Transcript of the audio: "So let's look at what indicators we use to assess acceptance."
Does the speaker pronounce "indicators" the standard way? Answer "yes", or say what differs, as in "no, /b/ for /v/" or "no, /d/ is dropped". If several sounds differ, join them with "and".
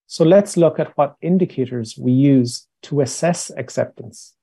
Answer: yes